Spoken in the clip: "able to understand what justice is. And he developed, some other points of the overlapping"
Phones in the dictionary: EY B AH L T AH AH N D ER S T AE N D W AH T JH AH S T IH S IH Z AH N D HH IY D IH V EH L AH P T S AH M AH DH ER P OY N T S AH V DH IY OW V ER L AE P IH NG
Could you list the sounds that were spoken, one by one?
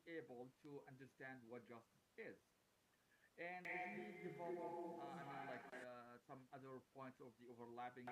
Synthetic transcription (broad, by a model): EY B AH L T AH AH N D ER S T AE N D W AH T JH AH S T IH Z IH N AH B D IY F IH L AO L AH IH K S AH M AH DH ER P OY N T S AH V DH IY OW V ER L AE P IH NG